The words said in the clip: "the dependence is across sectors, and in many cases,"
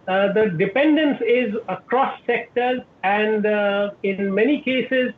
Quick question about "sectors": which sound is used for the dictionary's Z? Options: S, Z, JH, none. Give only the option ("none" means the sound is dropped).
none